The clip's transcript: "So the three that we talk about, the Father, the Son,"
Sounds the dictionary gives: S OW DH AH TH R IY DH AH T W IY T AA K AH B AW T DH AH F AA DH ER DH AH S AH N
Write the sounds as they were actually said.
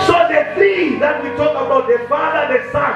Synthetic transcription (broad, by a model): S OW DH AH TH IY DH AH T W IY T AA K AH B AW T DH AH F AA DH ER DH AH S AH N